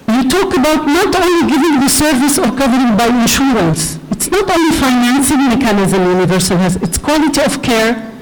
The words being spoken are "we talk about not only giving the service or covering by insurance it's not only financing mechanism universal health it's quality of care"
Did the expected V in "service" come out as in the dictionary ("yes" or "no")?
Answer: yes